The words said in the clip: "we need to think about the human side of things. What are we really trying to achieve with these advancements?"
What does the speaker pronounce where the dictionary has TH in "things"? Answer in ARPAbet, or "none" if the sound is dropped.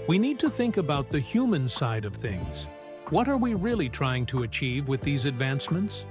TH